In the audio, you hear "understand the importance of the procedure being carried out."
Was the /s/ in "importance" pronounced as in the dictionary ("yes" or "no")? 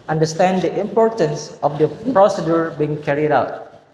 yes